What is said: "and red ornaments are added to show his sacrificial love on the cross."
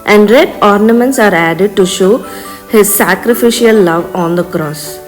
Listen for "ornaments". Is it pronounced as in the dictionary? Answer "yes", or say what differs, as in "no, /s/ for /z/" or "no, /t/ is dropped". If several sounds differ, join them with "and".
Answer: yes